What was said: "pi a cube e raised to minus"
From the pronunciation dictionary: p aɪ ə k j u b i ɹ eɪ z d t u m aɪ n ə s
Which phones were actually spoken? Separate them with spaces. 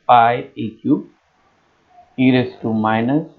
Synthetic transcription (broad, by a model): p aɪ ə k j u i ɹ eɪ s t u m aɪ n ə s